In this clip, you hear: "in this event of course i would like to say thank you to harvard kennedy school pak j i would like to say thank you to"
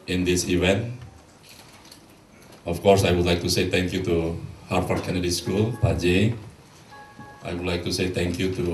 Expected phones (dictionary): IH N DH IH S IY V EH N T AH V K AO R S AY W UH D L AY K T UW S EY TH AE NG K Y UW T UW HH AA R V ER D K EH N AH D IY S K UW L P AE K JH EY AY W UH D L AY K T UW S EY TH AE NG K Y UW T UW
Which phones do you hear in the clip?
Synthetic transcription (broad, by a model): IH N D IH S IY V EH N T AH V K AO R S AY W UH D L AY K T UW S EY T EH NG K Y UW T UW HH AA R F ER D K EH N AH D IY S K UW L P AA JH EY AY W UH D L AY K T UW S EY T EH NG K Y UW T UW